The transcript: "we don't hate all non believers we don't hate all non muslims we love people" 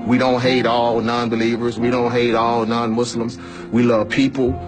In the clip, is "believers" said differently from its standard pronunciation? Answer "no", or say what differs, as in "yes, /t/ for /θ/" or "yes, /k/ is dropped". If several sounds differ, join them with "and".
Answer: no